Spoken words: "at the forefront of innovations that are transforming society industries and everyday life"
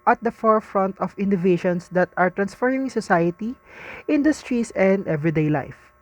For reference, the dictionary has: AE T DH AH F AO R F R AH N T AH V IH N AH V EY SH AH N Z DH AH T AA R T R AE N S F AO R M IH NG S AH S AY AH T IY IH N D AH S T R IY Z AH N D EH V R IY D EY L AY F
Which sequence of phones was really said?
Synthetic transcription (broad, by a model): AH T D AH F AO R F R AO N T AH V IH N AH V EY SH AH N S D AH T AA R T R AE N S F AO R IH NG S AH S AY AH T IY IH N D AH S T R IY S AH N D EH V R IY D EY L AY F